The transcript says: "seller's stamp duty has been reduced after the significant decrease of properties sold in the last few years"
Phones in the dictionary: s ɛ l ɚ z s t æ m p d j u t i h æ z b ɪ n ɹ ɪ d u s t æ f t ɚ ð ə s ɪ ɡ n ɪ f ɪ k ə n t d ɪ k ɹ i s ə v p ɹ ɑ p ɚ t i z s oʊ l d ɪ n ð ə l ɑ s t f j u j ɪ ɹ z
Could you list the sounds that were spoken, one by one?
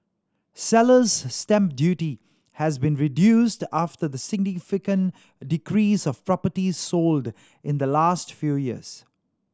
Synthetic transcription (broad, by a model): s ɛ l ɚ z s t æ m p d j u t i h æ z b ɪ n ɹ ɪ d u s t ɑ f t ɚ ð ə s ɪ ɡ n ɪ f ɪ k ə n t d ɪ k ɹ i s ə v p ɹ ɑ p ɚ t i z s oʊ l d ɪ n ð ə l ɑ s t f j u j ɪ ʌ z